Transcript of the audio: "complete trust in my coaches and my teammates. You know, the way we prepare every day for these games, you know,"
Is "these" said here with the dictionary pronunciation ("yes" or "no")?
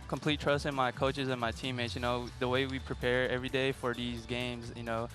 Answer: yes